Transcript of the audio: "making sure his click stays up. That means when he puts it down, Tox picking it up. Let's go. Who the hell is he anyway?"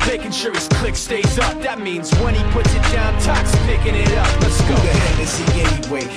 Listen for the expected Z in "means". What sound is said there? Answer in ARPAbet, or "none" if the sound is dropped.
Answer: Z